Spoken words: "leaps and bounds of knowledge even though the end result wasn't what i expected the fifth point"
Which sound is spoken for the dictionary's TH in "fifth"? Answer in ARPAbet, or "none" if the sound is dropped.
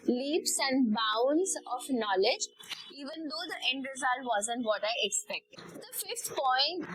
T